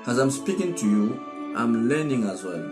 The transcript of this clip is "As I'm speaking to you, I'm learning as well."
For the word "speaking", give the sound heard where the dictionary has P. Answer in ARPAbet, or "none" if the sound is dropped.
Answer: P